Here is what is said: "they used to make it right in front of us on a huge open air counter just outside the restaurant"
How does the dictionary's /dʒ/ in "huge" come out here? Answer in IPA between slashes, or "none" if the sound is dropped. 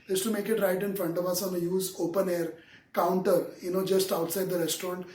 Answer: /z/